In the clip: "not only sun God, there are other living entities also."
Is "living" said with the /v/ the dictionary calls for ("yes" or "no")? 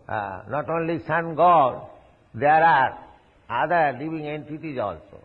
no